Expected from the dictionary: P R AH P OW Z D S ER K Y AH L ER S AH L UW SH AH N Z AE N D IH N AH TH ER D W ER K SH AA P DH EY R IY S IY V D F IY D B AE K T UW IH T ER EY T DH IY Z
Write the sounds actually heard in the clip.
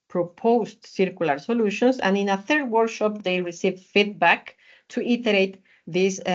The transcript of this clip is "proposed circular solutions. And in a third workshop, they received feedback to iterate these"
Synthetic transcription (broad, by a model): P R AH P OW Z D S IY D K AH L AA S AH L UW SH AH N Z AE N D IH N AH TH ER D W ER K SH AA P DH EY R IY S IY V F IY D B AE K T UW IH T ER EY T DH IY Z